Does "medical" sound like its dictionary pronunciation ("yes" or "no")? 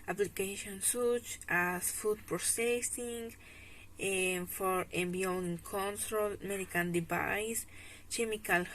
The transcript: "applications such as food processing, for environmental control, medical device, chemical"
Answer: no